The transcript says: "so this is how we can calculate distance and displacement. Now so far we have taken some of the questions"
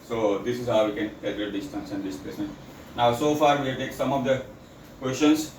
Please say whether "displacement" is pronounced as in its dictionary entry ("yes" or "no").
no